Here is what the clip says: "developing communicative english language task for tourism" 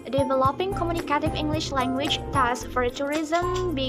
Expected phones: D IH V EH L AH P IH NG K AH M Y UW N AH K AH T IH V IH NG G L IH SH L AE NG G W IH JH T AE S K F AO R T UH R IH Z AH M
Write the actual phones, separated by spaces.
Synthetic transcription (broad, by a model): D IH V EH L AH P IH NG K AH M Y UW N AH K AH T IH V IH NG G L IH SH L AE NG G W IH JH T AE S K F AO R T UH R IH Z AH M